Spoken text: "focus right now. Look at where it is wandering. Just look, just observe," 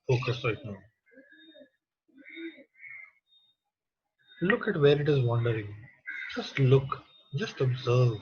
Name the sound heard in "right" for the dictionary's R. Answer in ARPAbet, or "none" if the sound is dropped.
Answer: L